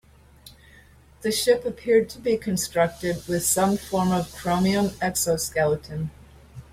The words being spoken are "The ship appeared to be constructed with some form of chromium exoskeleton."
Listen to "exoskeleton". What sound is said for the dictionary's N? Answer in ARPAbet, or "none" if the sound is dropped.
N